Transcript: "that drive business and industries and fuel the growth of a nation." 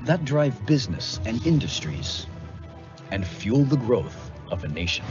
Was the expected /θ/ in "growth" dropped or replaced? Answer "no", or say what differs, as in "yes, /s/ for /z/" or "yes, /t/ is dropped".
no